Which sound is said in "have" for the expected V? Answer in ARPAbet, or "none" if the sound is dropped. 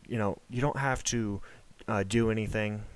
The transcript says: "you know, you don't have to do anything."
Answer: F